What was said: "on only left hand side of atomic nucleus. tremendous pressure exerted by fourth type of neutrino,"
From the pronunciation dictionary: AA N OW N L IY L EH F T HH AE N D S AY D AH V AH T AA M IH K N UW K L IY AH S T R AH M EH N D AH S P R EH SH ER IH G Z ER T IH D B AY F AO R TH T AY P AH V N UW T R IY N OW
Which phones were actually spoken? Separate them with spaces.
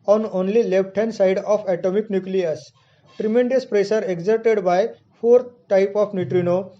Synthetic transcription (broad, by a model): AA N OW N L IY L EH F T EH N S AY D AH F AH T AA M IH K N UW K L IY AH S T R AH M EH N D AH S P R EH S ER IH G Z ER T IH D B AY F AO R T T AY P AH F N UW T R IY N OW